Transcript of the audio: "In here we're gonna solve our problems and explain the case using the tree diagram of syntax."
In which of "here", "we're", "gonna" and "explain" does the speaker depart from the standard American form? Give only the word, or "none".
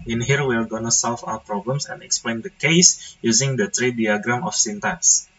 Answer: we're